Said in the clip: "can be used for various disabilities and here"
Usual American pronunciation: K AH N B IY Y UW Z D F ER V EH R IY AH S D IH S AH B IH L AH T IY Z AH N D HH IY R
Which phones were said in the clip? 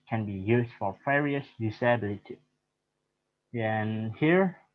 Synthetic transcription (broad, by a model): K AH N B IY Y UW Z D F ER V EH R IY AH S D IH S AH B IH L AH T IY AH N HH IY R